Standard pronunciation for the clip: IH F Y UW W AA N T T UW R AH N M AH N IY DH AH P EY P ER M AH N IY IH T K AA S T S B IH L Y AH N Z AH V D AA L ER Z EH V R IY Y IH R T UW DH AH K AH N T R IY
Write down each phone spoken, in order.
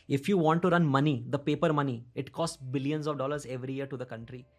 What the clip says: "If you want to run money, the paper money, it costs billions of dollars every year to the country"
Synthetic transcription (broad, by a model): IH F Y UW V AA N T T UW R AH N M AH N IY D AH P EY P ER M AH N IY IH T K AA S T S B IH L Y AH N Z AH V D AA L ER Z EH V R IY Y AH R T UW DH AH K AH N T R IY